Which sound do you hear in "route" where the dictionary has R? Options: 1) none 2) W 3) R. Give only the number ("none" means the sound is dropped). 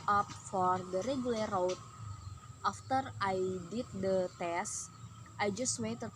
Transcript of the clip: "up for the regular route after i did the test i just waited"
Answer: 2